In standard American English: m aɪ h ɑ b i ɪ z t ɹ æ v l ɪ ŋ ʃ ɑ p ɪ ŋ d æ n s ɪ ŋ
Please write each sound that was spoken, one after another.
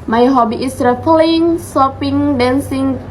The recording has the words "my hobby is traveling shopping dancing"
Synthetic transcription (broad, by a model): m aɪ h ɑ b i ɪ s ɹ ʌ p l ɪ ŋ s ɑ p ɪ ŋ d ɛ n s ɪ ŋ